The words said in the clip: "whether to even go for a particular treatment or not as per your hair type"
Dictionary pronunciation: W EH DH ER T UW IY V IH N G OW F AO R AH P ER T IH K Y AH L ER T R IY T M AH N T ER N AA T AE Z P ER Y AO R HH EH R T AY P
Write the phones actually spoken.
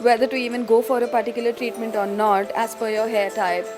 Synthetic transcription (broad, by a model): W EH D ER T UW IY V IH N G OW F AO R AH P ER T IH K Y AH L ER T R IY T M AH N T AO N AA T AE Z F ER Y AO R HH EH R T AY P